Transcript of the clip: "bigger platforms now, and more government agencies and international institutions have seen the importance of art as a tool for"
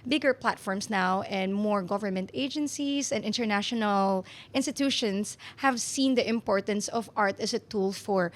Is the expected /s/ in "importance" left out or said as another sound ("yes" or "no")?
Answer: no